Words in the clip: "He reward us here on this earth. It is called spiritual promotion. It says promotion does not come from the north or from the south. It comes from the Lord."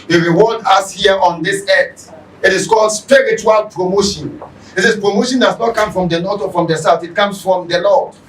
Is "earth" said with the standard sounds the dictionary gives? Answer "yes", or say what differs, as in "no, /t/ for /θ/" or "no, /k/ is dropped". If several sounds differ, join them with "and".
no, /t/ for /θ/